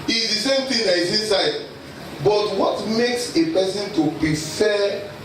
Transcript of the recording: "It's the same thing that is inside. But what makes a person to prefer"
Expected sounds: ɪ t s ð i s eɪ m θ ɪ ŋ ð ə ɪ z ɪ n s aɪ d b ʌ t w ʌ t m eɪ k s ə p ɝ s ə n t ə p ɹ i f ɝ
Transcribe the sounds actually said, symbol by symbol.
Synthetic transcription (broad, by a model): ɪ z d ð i s eɪ m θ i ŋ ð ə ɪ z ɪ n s aɪ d b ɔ t w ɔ t m eɪ k s ə p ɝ s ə n t ə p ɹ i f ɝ